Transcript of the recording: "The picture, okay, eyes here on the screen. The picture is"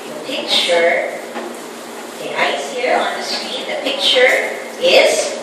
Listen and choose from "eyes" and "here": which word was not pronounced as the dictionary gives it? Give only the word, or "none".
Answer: eyes